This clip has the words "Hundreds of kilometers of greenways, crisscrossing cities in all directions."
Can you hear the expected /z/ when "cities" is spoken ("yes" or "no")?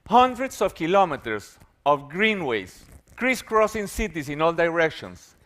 no